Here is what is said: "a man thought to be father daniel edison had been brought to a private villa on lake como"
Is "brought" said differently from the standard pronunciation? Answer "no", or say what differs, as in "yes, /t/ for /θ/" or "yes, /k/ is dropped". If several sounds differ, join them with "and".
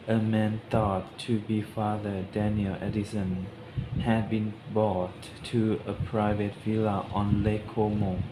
yes, /ɹ/ is dropped